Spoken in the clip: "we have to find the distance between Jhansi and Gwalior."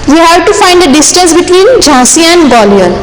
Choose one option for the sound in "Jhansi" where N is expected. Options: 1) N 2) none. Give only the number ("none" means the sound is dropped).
2